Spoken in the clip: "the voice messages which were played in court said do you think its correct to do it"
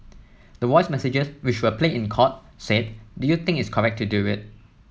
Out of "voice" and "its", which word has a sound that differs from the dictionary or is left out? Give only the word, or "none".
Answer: voice